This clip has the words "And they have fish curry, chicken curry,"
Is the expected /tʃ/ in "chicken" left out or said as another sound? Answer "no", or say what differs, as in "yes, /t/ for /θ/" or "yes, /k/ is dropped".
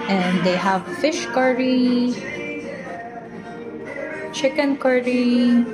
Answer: no